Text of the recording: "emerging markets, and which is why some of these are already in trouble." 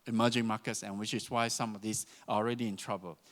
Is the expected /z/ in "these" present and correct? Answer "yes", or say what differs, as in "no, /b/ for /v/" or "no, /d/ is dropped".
no, /s/ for /z/